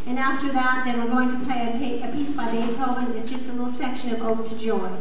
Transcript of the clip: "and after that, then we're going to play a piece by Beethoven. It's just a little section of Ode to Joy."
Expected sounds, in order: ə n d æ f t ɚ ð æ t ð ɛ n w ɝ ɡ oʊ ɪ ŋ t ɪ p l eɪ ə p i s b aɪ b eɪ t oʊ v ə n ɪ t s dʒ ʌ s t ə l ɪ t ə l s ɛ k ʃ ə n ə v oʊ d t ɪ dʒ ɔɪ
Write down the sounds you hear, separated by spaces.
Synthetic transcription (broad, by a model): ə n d æ f t ɚ ð æ t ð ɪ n w ɝ ɡ oʊ ɪ ŋ t ɪ p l eɪ ə p i s b aɪ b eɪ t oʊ ə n ɪ t s dʒ ʌ s t ə l ɪ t l s ɛ k ʃ ə n ə v oʊ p t ɪ dʒ ɔɪ